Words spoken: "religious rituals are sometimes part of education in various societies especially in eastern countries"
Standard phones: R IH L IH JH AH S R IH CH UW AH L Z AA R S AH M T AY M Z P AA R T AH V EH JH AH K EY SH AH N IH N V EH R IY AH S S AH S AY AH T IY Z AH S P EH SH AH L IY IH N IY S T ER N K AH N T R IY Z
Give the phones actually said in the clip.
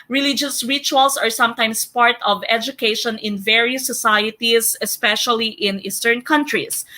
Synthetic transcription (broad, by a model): R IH L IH JH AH S R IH CH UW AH L S AA R S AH M T AY M S P AA R T AH V EH JH AH K EY SH AH N IH N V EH R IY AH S S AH S AY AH T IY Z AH S P EH SH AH L IY IH N IY S T ER N K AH N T R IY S